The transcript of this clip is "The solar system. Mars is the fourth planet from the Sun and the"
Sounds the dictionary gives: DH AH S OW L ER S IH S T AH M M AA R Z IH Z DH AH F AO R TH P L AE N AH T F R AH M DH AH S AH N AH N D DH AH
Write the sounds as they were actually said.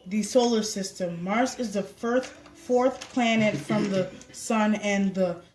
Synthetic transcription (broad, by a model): DH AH S OW L ER S IH S T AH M M AA R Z IH Z DH AH F AO R TH P L AE N AH T F R AH M DH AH S AH N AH N DH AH